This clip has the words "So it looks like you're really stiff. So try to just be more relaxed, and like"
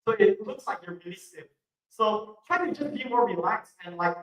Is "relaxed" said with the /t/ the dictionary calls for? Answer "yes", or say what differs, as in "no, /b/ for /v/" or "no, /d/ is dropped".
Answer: no, /t/ is dropped